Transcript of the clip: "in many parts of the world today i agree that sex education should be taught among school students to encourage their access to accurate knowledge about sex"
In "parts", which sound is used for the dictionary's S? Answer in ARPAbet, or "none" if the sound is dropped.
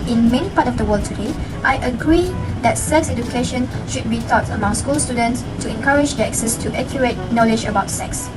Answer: none